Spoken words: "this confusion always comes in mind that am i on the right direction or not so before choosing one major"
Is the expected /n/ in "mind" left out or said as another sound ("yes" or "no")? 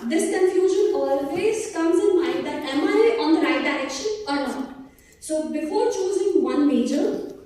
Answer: yes